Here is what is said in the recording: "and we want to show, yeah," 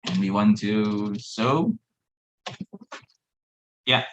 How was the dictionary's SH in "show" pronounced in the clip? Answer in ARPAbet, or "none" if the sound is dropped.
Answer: S